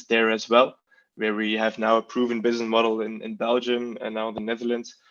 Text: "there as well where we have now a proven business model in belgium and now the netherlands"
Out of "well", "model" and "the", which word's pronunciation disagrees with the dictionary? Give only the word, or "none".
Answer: model